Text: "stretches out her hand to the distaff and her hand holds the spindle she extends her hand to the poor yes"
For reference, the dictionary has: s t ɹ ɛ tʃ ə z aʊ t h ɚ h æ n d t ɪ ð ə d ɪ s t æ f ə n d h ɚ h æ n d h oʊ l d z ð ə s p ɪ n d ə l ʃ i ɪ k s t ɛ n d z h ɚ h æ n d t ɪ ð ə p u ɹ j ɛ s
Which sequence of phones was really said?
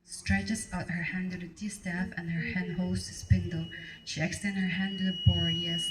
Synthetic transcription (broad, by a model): s t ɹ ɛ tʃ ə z aʊ t h ɚ h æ n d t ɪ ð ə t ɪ s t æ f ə n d h ɚ h æ n d h oʊ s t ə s p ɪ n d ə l ʃ i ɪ k s t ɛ n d h ɚ h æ n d t ɪ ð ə b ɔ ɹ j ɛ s